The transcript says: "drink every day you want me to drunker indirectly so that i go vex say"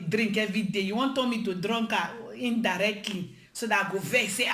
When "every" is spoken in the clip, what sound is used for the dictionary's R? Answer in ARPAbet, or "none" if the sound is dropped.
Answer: none